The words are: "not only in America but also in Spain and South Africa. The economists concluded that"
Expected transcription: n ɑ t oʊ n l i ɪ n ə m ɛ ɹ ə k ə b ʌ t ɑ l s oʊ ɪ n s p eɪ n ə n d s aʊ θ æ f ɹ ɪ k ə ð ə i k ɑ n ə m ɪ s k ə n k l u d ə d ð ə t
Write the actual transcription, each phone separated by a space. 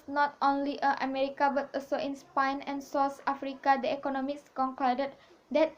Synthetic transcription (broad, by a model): n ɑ t oʊ n l i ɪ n ə m ɛ ɹ ə k ə b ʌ t ɑ l s oʊ ɪ n s p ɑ n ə n s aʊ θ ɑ f ɹ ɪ k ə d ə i k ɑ n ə m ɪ s k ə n k ɔ d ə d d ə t